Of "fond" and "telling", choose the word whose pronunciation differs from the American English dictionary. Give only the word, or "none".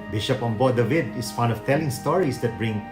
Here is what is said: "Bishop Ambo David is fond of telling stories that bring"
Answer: fond